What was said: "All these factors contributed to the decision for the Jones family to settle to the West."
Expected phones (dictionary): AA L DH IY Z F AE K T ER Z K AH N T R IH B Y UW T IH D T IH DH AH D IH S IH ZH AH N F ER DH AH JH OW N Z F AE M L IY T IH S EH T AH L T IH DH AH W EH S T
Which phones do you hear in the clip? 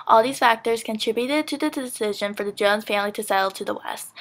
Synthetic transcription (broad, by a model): AA L DH IY Z F AE K T ER Z K AH N T R IH B Y UW T IH D T IH DH AH D IH S IH ZH AH N F ER DH AH JH OW N Z F AE M L IY T IH S EH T L T IH DH AH W EH S T